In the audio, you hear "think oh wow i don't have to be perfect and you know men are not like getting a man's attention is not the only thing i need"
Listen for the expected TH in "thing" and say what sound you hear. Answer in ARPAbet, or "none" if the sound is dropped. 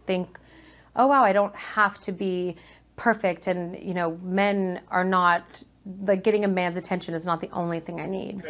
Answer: TH